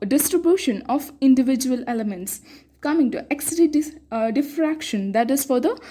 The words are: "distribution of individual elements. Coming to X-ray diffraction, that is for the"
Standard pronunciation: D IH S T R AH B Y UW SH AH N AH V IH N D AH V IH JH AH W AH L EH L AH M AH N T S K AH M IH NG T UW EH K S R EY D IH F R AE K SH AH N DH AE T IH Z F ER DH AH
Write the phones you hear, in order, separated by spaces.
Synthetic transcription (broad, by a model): D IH S T R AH B Y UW SH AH N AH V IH N D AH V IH JH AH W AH L EH L AH M AH N T S K AH M IH NG T UW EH K S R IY D IH F R AE K SH AH N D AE T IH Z F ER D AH